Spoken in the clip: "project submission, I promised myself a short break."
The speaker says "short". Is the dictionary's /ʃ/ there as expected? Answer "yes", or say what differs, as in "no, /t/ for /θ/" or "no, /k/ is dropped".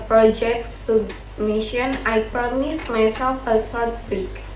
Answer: no, /s/ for /ʃ/